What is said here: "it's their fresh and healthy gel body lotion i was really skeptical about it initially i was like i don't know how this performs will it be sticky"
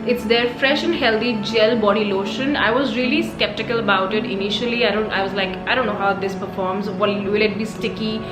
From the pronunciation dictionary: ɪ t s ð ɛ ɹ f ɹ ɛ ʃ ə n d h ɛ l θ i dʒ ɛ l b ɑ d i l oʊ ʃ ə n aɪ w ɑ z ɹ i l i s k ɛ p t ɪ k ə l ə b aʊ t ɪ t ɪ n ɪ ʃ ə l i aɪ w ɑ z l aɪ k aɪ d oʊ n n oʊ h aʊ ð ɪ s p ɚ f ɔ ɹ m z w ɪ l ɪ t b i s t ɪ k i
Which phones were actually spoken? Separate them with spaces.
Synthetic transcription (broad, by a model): ɪ t s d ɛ ɹ f ɹ ɛ ʃ ə n d h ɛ l t i dʒ ɛ l b ɑ d i l oʊ ʃ ə n aɪ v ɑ z ɹ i l i s k ɛ p t ɪ k ə l ə b aʊ t ɪ t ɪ n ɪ ʃ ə l i aɪ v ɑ z l aɪ k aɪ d oʊ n n oʊ h aʊ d ɪ s p ɚ f ɔ ɹ m z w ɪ l ɪ t b i s t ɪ k i